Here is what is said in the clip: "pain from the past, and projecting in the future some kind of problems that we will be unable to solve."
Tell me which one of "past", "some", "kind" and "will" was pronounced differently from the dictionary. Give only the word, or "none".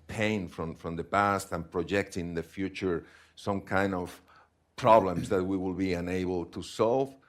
none